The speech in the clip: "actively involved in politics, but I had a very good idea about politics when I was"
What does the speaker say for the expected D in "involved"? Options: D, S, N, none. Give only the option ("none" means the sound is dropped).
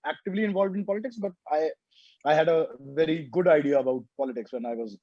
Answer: D